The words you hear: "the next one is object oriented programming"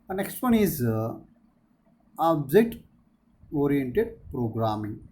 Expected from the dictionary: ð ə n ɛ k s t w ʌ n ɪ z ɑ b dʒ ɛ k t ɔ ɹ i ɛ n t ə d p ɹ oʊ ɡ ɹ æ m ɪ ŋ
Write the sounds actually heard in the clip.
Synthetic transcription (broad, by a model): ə n ɛ k s t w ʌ n ɪ z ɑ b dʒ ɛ t ɔ ɹ i ɛ n t ə d p ɹ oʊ ɡ ɹ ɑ m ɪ ŋ